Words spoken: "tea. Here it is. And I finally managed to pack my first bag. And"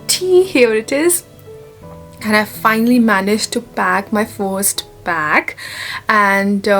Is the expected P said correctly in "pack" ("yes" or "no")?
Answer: no